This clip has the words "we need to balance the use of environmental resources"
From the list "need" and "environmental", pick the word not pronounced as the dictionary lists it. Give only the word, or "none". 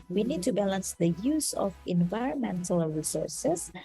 none